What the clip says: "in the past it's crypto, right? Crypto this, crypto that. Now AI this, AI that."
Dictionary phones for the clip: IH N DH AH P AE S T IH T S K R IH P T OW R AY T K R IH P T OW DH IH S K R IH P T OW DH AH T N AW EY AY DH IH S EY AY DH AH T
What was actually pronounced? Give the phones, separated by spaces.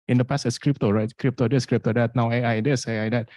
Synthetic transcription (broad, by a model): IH N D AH P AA S IH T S K R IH P T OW R AY T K R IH P T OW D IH S K R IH P T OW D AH T N AW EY AY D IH S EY AY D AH T